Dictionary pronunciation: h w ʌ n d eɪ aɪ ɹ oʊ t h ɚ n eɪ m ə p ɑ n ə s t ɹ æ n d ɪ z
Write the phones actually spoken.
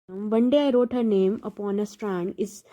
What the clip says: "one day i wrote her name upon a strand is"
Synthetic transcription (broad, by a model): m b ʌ n d eɪ aɪ ɹ oʊ t h ɚ n eɪ m ə p ɑ n ə s t ɹ æ n d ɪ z